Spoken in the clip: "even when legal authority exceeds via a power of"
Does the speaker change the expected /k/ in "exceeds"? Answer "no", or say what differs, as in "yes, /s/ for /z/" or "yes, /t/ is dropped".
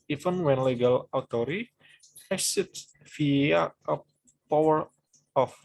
yes, /k/ is dropped